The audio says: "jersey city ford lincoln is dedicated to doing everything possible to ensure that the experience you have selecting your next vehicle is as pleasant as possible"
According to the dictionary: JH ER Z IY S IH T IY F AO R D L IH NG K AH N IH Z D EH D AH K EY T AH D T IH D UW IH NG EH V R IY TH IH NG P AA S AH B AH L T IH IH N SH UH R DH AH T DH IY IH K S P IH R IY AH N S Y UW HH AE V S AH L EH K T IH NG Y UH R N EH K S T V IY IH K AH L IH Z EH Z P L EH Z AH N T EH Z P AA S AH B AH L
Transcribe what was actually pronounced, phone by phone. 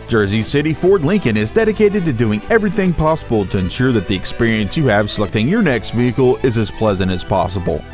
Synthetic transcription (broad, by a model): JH ER Z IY S IH T IY F AO R D L IH NG K AH N IH Z D EH D AH K EY T AH D T IH D UW IH NG EH V R IY TH IH NG P AA S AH B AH L T IH IH N SH UH R DH AH T DH IY IH K S P IH R IY AH N S Y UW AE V S AH L EH K T IH NG Y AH R N EH K S T V IY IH K L IH Z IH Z P L EH Z AH N T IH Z P AA S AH B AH L